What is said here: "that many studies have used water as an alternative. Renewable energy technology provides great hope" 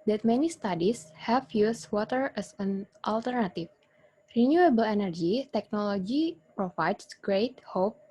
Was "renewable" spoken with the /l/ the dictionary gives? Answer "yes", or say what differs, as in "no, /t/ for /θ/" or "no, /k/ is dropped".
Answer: yes